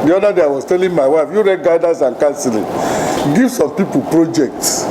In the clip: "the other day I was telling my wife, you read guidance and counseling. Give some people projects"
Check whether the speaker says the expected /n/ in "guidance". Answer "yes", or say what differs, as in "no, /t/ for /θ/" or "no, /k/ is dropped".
no, /n/ is dropped